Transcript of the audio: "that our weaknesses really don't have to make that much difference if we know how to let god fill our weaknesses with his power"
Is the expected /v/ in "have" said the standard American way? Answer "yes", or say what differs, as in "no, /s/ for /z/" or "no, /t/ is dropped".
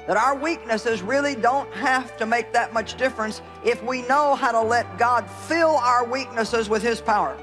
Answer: no, /f/ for /v/